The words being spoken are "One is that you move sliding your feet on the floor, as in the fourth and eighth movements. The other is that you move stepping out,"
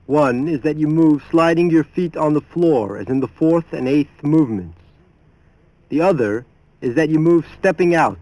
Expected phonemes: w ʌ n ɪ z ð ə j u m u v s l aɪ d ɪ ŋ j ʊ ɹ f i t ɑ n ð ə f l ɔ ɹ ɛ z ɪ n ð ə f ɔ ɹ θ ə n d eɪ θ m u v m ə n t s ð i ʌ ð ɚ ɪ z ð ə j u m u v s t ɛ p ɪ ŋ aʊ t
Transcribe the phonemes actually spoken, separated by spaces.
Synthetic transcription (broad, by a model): w ʌ n ɪ z ð ə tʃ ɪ m u v s l aɪ d ɪ ŋ j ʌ ɹ f i t n ð ə f l ɔ ɹ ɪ z ɪ n ð ə f ɔ ɹ θ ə n eɪ θ m u v m ə n t s ð i ʌ ð ɚ ɪ z ð ə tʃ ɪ m u v s t ɛ p ɪ ŋ aʊ t